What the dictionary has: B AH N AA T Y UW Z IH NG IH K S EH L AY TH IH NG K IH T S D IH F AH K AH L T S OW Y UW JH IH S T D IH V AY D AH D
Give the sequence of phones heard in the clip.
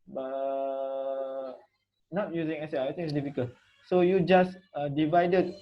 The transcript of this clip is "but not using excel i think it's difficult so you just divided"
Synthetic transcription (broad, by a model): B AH N AA T Y UW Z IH NG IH S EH AY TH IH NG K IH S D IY F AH K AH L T S OW Y UW JH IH S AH D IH V AY D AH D